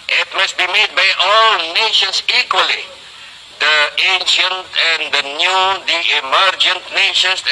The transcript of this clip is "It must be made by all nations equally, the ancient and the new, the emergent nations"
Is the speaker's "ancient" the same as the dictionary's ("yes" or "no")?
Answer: yes